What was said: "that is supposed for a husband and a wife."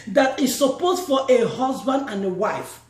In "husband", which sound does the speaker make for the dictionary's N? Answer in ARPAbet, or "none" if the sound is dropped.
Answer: N